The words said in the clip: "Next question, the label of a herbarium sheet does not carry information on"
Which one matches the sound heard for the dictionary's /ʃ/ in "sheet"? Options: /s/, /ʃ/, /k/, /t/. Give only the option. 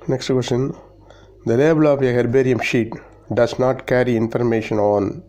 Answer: /ʃ/